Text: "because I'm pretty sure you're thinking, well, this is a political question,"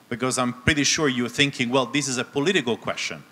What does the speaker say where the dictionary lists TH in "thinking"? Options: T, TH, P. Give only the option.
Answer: TH